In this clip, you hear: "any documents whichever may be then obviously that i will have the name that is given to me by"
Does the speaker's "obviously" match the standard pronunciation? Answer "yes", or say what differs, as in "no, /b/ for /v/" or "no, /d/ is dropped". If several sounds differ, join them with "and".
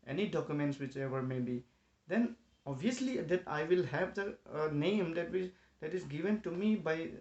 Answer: no, /v/ is dropped